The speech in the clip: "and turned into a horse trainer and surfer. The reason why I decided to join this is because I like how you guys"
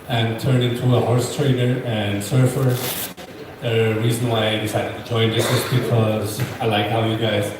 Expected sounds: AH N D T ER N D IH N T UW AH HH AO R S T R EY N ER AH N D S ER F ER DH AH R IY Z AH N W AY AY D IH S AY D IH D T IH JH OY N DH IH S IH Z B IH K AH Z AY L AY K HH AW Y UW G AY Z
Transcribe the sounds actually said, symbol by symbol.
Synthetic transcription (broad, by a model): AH N T ER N IH N T UW AH HH AO R S T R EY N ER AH N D S ER F ER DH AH R IY Z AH N W AY AY D IH S AY D IH D T IH JH OY N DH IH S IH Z B IH K AH Z AY L AY K HH AW Y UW G AY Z